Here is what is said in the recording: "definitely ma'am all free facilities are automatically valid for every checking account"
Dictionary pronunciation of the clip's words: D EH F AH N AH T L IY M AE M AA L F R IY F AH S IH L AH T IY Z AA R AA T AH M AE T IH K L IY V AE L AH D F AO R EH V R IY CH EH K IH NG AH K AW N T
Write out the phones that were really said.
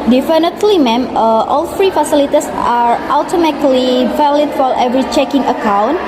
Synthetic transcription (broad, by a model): D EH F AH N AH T L IY M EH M AA L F R IY F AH S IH L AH T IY S AA R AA T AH M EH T L IY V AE L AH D F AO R EH V R IY CH EH K IH NG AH K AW N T